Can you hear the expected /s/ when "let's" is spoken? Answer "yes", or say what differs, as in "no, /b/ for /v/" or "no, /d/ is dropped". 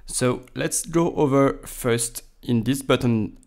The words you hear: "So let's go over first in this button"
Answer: yes